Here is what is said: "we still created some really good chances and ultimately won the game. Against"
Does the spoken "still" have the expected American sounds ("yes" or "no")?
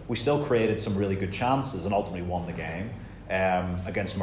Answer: yes